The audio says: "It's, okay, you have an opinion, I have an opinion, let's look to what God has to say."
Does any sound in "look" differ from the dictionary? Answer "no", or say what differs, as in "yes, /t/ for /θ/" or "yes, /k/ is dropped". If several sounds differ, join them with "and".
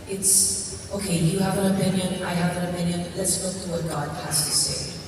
yes, /w/ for /l/